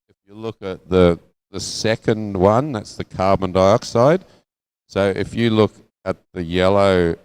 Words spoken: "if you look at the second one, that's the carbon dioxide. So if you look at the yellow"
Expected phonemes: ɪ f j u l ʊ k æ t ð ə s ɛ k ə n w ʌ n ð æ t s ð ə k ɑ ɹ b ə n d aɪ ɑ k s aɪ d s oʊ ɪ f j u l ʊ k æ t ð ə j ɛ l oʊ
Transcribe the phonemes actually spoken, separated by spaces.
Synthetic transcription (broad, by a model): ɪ f j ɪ l ʊ k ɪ t ð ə s ɛ k ə n w ʌ n ð æ t s ð ə k ɑ ɹ b ə n d aɪ ɑ k s aɪ d s oʊ ɪ f j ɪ l ʊ k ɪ t ð ə j ɛ l oʊ